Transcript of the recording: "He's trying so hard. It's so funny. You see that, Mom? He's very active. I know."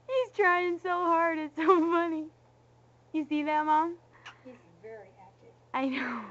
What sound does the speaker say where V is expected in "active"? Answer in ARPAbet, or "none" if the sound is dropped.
none